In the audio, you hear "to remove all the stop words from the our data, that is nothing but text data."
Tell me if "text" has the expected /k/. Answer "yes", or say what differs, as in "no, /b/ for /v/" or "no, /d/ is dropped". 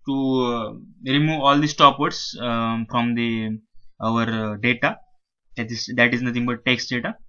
yes